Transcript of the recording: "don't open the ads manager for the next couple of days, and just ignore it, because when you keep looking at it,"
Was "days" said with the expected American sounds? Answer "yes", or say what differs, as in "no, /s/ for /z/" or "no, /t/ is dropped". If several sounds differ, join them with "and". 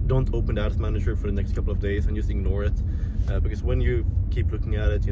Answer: yes